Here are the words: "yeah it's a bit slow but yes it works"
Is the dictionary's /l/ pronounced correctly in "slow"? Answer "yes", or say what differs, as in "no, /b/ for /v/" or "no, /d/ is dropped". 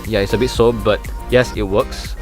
no, /l/ is dropped